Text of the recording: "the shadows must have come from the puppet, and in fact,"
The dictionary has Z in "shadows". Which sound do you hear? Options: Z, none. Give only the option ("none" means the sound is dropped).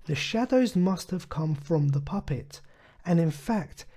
Z